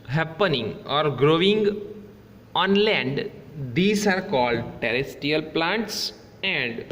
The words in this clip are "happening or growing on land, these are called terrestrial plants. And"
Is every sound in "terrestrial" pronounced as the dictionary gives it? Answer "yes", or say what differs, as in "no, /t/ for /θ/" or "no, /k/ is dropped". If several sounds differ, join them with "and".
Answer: no, /ɹ/ is dropped